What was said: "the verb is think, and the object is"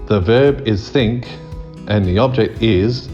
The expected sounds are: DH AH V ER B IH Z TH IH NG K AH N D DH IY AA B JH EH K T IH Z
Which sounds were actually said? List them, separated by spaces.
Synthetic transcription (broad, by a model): DH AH V ER B IH Z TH IH NG K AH N DH IY AA B JH EH K T IH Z